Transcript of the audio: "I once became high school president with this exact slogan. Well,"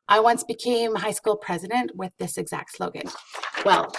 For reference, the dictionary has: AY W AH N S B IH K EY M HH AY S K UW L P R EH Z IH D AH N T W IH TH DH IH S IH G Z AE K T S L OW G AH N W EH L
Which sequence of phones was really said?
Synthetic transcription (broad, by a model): AY W AH N S B IH K EY M HH AY S K UW L P R EH Z IH D AH N T W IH DH IH S IH G Z AE K T S L OW G AH N W EH L